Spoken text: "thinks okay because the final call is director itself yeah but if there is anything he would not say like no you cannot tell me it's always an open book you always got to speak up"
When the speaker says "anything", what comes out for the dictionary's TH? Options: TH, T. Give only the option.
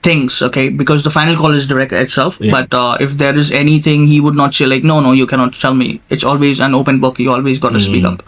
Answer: T